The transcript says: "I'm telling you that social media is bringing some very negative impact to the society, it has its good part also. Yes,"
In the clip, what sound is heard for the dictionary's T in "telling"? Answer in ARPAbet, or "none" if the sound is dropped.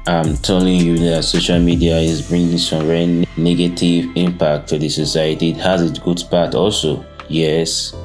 T